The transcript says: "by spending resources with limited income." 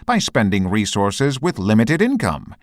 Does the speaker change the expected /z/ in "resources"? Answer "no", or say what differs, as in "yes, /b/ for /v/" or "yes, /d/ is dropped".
no